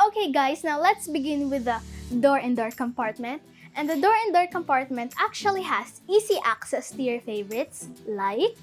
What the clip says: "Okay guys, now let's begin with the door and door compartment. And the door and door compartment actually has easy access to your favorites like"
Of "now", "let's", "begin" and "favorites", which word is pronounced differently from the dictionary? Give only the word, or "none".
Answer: none